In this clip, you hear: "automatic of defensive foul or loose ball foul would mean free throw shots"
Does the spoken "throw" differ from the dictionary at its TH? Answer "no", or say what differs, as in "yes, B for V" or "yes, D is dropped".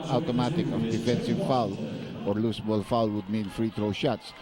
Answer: yes, T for TH